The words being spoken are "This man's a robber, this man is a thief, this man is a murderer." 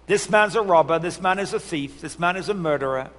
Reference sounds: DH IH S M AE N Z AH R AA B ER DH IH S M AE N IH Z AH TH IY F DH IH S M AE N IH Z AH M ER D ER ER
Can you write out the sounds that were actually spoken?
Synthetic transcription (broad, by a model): DH IH S M AE N Z AH R AA B ER DH IH S M AE N IH Z AH TH IY F DH IH S M AE N IH Z AH M ER D ER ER